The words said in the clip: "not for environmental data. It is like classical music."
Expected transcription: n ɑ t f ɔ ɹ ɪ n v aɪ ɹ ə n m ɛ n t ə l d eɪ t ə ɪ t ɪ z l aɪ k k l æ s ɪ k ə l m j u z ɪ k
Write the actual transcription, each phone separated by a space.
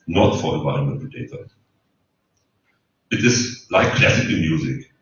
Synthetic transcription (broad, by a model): n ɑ t f ɔ ɹ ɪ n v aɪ ə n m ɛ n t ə d eɪ t ə ɪ t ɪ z l aɪ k k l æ s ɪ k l m j u z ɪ k